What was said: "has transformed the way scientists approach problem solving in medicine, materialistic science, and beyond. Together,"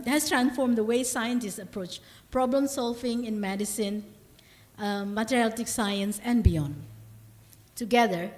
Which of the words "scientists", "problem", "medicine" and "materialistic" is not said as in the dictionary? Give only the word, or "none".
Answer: materialistic